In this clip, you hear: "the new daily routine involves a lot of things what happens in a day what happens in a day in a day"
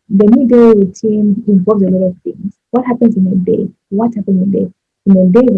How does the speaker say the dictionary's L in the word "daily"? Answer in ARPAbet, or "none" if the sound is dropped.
none